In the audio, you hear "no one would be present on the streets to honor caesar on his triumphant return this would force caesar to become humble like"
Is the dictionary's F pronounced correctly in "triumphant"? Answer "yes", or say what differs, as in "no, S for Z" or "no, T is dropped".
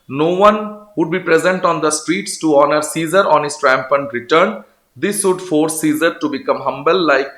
no, P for F